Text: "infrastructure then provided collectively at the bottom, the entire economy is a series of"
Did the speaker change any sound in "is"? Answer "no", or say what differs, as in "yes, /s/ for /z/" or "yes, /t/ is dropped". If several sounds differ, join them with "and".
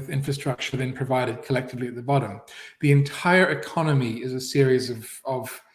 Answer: no